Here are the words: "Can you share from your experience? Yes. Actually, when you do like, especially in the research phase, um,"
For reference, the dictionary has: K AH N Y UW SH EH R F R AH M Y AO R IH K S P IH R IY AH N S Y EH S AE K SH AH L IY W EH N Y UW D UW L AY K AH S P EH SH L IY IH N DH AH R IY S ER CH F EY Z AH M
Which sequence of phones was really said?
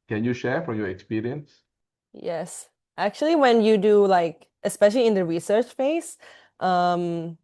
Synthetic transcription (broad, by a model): K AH N Y UW SH EH R F R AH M Y AO R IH K S P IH R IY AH N S Y EH S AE K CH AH L IY W EH N Y UW D UW L AY K AH S P EH SH L IY IH N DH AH R IY S ER CH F EY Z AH M